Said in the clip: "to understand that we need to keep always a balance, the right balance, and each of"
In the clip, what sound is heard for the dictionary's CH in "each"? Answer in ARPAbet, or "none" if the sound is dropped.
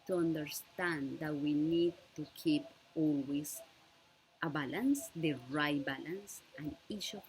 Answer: SH